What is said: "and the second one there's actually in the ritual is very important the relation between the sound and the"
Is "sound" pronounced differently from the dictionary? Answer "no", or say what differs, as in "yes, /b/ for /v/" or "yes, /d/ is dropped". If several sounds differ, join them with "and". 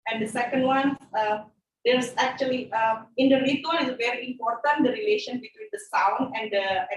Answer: yes, /d/ is dropped